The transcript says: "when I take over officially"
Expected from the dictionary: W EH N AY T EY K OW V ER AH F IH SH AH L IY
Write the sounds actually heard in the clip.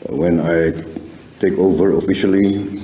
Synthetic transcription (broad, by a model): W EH N AY T EY K OW V ER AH F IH SH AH L IY